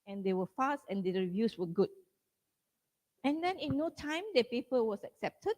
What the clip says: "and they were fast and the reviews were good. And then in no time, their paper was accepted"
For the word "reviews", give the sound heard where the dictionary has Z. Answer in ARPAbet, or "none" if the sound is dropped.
S